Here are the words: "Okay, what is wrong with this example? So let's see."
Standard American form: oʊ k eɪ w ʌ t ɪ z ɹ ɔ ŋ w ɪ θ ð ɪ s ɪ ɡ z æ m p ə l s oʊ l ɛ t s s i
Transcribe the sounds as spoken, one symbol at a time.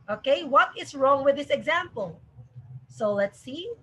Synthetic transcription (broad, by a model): oʊ k eɪ w ʌ t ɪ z ɹ ɔ ŋ w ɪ ð ɪ s ɪ ɡ z æ m p ə l s oʊ l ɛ t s s i